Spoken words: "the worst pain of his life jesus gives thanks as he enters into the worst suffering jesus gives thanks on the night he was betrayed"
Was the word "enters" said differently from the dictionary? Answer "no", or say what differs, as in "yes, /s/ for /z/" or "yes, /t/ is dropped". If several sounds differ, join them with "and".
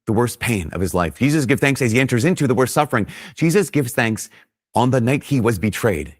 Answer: no